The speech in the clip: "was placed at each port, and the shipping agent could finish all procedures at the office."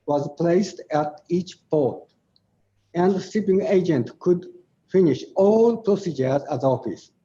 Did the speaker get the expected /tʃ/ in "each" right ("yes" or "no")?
yes